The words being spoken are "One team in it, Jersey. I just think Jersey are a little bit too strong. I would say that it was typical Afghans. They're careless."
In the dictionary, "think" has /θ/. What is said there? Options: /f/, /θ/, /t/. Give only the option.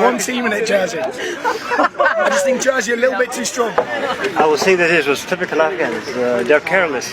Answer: /θ/